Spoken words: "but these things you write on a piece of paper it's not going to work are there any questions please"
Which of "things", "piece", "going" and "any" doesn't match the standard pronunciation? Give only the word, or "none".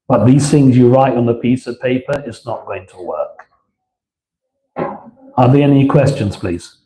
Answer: none